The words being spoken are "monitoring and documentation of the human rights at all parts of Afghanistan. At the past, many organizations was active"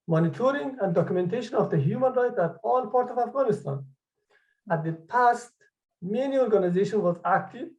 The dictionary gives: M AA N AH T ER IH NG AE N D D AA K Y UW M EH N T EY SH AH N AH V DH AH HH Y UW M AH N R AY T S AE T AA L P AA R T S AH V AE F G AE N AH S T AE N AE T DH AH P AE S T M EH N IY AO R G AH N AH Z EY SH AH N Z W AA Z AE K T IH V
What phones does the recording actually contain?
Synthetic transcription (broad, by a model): M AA N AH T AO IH NG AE N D D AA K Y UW M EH N T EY SH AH N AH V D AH HH Y UW M AH N R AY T AE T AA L P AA R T AH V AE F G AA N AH S T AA N AE T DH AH P AE S T M EH N IY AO R G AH N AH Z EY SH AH N W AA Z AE K T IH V